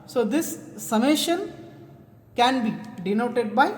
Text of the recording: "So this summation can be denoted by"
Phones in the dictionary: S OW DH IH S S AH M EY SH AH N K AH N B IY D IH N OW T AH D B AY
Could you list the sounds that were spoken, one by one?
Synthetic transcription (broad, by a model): S OW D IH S S AH M EY SH AH N K AH N B IY D IH N OW T AH D B AY